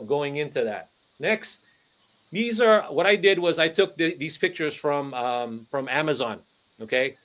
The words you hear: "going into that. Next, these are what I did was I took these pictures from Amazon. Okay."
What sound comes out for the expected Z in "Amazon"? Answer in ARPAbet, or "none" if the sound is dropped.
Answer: Z